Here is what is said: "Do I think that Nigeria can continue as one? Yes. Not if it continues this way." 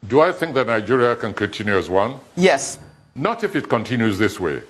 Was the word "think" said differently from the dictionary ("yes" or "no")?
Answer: no